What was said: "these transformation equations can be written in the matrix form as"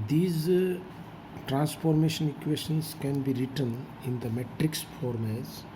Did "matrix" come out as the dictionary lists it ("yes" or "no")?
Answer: yes